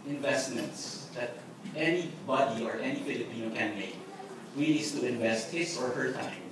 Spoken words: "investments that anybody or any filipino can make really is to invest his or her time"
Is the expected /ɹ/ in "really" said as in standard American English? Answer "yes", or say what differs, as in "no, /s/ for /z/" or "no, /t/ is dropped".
no, /w/ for /ɹ/